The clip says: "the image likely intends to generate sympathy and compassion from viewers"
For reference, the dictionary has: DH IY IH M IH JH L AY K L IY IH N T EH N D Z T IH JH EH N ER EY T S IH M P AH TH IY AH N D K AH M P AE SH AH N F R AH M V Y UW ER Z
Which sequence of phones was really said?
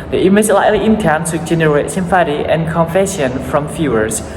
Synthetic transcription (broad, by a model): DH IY IH M IH JH L AY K L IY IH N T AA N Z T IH JH EH N ER EY T S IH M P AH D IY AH N K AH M F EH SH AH N F R AH M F Y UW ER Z